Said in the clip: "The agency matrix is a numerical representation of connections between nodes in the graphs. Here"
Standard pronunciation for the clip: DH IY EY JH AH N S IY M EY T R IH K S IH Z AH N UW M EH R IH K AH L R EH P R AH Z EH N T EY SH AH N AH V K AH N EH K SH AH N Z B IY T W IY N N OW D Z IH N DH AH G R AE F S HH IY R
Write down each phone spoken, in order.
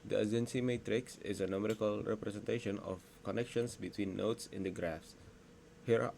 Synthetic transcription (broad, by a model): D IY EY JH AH N S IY M EY T R IH K S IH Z AH N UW M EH R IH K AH L R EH P R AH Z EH N T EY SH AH N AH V K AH N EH K SH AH N S B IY T W IY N N OW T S IH N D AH G R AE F S HH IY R